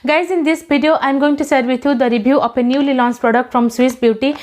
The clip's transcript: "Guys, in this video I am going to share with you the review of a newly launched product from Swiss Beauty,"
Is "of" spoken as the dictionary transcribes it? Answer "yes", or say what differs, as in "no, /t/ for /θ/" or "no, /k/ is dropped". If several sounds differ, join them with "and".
no, /p/ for /v/